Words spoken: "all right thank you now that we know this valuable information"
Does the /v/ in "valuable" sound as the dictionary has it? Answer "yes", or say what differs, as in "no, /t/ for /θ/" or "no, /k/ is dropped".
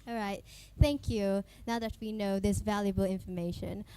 yes